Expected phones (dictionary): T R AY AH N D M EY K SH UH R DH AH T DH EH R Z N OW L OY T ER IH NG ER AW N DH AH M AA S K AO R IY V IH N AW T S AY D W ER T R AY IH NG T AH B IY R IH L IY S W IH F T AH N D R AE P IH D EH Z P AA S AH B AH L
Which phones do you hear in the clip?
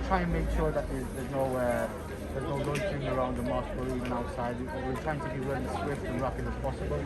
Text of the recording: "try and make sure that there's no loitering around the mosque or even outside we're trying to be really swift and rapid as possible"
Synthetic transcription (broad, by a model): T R AY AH N M EY K SH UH R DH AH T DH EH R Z N OW N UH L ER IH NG ER AW N DH AH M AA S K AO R IY V IH N AW T S AY D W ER T R AY IH NG T AH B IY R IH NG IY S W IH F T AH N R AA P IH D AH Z P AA S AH B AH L